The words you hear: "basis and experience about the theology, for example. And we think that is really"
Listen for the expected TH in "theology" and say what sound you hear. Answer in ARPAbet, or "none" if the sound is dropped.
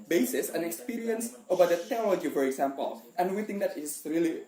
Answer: T